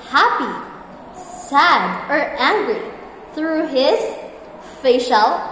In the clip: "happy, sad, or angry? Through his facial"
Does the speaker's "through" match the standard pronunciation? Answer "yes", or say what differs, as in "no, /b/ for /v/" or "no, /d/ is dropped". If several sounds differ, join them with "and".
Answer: yes